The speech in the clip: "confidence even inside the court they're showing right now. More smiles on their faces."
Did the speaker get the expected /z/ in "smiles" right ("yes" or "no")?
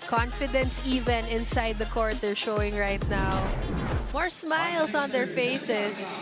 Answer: no